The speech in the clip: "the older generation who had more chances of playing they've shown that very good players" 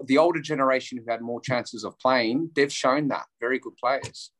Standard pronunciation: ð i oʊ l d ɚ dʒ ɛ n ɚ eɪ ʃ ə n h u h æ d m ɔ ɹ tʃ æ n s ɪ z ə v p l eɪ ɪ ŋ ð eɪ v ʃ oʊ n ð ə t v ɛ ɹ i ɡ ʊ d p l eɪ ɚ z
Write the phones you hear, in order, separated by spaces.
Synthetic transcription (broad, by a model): ð i oʊ l d ɚ dʒ ɛ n ɚ eɪ ʃ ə n h u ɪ d m ɔ ɹ tʃ æ n s ɪ z ə v p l eɪ ɪ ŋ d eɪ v ʃ oʊ n ð ə t v ɛ ɹ i ɡ ʊ d p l eɪ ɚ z